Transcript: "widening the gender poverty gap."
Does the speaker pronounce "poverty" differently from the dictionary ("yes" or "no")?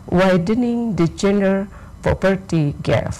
yes